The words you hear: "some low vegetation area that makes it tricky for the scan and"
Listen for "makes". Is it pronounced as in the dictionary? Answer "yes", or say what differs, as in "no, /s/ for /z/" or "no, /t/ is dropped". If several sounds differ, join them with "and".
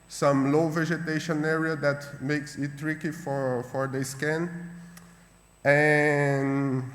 yes